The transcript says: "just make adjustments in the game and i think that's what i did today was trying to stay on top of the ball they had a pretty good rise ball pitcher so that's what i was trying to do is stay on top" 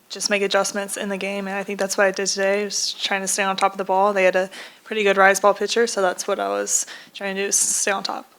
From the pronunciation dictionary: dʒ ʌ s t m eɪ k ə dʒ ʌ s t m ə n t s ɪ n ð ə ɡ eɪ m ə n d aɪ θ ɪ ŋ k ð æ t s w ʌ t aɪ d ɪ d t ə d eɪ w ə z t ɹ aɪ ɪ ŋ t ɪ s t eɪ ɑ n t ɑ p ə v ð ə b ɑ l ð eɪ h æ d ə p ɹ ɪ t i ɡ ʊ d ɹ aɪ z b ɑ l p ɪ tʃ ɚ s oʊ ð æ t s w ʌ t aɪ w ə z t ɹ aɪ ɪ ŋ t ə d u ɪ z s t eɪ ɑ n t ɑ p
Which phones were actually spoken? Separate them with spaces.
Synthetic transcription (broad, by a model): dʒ ʌ s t m eɪ k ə dʒ ʌ s m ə n t s ɪ n ð ə ɡ eɪ m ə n aɪ θ ɪ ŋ k ð æ t s w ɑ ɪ aɪ d ɪ d t ə d eɪ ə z t ɹ aɪ ɪ ŋ t ɪ s t eɪ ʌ n t ɑ p ə v ð ə b ɑ l ð eɪ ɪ d ə p ɹ ɪ t i ɡ ʊ d ɹ aɪ z b ɑ l p ɪ tʃ ɚ s oʊ ð æ t s w ʌ t aɪ w ə z t ɹ aɪ ɪ ŋ t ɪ s t eɪ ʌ n t ɑ p